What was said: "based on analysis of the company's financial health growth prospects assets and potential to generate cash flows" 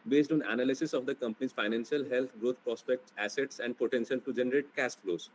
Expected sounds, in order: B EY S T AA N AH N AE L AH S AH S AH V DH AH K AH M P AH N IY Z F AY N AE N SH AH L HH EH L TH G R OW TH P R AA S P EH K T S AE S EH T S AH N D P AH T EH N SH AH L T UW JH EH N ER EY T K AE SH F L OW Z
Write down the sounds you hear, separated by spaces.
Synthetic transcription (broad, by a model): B EY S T AA N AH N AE L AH S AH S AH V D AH K AH M P AH N IY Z F AY N AE N SH AH L HH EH L T G R OW T P R AA S P EH K T S AE S EH T S AH N D P AH T EH N SH AH L T UW JH EH N ER EY T K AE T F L OW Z